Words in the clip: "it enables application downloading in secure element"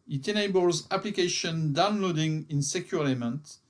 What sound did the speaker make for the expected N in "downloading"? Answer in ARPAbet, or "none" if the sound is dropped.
N